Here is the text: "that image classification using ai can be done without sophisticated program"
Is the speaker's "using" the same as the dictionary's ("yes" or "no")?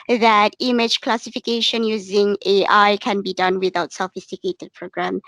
yes